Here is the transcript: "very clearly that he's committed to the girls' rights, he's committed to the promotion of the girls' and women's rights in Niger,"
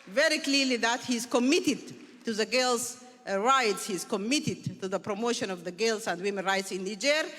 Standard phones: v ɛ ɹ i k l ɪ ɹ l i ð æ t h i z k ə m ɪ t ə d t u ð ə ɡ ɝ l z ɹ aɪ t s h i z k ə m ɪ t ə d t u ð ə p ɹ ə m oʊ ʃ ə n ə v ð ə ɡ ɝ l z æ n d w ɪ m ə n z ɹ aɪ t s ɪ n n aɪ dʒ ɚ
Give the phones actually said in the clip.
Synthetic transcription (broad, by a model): v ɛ ɹ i k l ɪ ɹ l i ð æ t h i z k ə m ɪ t ə d t u ð ə ɡ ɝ l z ɹ aɪ t s h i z k ə m ɪ t ə d t u ð ə p ɹ ə m oʊ ʃ ə n ə v ð ə ɡ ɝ l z æ n d w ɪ m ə n ɹ aɪ t s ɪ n n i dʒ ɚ